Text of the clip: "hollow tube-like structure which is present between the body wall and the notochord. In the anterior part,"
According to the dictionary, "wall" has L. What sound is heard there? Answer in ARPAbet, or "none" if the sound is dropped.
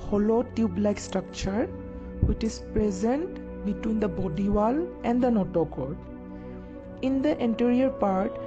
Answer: L